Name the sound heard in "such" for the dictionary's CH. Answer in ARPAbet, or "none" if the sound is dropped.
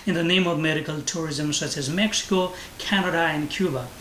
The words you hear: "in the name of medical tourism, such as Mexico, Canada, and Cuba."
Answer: CH